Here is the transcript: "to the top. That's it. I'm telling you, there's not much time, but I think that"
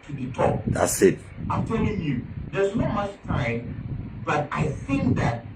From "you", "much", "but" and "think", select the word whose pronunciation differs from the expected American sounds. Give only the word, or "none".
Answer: none